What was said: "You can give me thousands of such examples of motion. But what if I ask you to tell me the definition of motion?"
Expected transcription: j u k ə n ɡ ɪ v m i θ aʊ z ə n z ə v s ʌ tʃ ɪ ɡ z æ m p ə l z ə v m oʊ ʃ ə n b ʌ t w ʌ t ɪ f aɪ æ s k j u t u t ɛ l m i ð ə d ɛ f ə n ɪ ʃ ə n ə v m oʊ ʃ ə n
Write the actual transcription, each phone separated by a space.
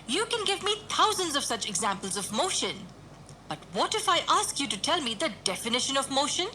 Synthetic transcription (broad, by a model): j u k ə n ɡ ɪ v m i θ aʊ z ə n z ə v s ʌ tʃ ɪ ɡ z æ m p ə l z ə v m oʊ ʃ ə n b ʌ t w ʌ t ɪ f aɪ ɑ s k j u t u t ɛ l m i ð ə d ɛ f ə n ɪ ʃ ə n ə v m oʊ ʃ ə n